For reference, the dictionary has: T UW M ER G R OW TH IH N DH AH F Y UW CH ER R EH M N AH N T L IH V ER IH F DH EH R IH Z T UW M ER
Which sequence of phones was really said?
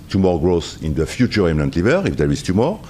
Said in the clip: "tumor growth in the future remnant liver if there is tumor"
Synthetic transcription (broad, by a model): T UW M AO G R OW S IH N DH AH F Y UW CH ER R EH M N AH N T L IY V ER IH F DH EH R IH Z T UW M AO